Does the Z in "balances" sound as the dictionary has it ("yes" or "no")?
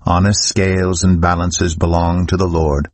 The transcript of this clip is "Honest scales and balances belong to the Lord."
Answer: yes